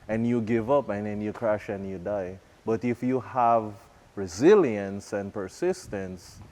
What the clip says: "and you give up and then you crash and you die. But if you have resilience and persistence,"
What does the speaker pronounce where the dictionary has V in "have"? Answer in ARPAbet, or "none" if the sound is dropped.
V